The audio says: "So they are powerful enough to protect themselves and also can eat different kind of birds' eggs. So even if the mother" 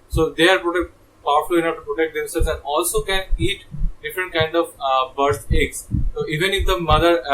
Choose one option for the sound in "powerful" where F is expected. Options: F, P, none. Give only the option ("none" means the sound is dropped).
P